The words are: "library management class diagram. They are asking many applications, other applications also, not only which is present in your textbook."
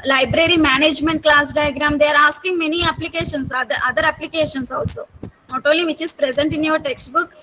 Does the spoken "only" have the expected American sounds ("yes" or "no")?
no